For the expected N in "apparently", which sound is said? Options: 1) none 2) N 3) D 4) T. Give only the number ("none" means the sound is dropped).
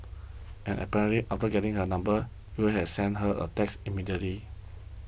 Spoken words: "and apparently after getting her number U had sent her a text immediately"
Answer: 1